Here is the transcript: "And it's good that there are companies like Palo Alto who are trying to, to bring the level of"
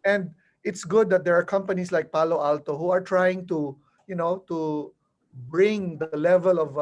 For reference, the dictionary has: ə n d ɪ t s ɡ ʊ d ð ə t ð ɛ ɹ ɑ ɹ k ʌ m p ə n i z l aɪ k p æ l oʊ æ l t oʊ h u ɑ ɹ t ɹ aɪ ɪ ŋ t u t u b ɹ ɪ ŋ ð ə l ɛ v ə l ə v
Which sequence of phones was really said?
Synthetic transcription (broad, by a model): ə n d ɪ t s ɡ ʊ d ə t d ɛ ɹ ɑ ɹ k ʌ m p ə n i s l aɪ k p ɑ l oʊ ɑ l t oʊ h u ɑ ɹ t ɹ aɪ ɪ ŋ t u t u b ɹ ɪ ŋ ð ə l ɛ v ə l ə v